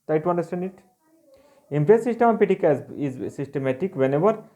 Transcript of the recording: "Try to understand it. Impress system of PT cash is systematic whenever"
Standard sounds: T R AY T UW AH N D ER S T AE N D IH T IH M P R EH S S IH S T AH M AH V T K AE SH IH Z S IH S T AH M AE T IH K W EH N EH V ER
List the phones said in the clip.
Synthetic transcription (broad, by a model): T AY T UW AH N D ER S T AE N D IH T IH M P R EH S S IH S T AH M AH P T K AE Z IH Z S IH S T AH M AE T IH K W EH N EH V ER